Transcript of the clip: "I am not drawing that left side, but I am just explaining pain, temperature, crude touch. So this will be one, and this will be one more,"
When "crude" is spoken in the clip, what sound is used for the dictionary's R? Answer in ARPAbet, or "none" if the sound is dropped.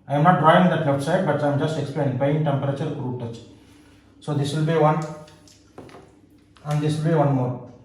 R